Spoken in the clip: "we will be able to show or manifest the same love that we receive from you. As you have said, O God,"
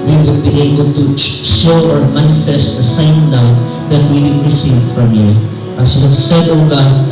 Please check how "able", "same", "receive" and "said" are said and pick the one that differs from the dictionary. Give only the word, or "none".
none